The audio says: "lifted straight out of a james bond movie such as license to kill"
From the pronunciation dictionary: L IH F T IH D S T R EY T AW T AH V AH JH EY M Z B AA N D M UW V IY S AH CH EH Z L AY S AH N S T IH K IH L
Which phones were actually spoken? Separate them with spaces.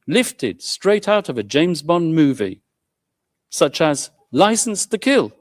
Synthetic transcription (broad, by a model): L IH F T IH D S T R EY T AW T AH V AH JH EY M Z B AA N M UW V IY S AH CH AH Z L AY S N S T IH K IH L